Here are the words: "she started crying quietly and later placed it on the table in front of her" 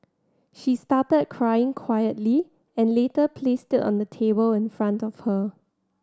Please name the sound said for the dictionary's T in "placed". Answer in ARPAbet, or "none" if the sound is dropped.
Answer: T